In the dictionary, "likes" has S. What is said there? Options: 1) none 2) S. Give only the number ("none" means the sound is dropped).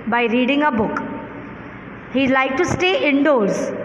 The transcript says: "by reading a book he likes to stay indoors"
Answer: 1